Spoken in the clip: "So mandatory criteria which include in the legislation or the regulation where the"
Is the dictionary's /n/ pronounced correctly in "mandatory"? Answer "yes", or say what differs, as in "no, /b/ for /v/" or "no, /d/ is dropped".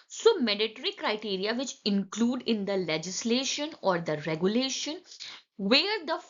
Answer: no, /n/ is dropped